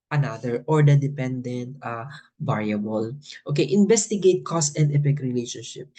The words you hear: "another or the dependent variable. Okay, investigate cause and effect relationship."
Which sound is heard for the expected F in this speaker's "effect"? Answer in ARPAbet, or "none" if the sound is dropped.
P